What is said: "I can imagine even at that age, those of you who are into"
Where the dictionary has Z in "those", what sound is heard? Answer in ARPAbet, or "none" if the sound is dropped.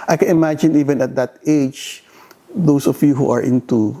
S